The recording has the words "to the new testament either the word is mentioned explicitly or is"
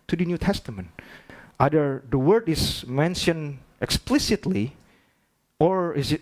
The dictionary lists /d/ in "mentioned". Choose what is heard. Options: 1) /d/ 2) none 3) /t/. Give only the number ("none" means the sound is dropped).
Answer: 2